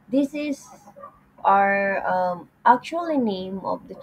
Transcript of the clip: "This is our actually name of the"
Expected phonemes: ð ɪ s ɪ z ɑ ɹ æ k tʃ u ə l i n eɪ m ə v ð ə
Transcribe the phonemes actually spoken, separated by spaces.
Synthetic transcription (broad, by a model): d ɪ s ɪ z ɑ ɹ æ k tʃ u ə l i n eɪ m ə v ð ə